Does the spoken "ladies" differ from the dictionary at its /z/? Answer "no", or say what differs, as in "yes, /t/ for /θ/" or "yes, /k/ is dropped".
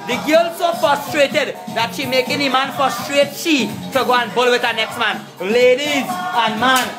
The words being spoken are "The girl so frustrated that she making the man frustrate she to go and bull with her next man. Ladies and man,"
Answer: no